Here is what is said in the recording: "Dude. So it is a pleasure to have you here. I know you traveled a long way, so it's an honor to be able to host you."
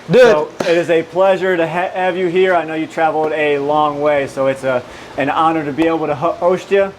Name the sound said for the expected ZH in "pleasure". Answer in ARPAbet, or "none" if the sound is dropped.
ZH